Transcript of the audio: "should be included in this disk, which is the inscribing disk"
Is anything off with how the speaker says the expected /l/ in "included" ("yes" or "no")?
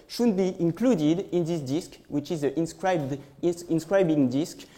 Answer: no